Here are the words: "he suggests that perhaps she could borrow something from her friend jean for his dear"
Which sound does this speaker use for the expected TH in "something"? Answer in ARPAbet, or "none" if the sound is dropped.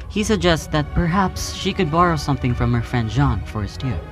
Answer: TH